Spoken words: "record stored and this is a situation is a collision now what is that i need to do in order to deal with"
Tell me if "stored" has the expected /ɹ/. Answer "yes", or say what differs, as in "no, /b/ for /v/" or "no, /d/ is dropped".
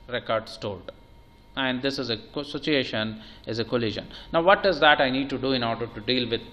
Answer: no, /l/ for /ɹ/